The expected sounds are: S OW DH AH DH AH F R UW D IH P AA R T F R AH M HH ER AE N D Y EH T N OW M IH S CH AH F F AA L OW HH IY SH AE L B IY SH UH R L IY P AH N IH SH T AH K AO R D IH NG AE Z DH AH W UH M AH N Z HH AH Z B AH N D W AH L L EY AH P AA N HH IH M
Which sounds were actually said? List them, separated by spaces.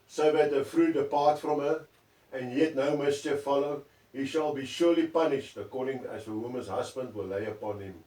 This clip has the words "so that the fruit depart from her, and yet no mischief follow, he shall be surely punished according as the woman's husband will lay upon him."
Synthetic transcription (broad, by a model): S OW DH AH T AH F R UW D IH P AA T F R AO M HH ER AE N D Y EH T N OW M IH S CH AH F F AA L OW HH IY SH AE L B IY SH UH L IY P AH N IH SH T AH K AO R D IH NG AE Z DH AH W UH M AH N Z HH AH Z B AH N D W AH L L EY AH P AA N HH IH M